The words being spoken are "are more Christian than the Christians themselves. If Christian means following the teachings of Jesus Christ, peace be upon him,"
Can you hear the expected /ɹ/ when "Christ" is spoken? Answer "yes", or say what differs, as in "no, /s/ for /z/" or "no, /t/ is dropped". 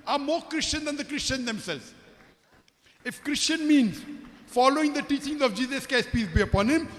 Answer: no, /ɹ/ is dropped